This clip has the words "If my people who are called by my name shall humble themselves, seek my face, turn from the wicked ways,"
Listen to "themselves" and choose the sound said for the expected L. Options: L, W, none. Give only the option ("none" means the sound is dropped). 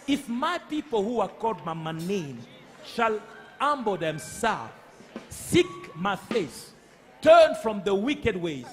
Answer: none